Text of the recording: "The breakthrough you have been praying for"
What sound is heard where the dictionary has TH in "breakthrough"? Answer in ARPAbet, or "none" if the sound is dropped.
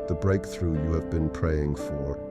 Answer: TH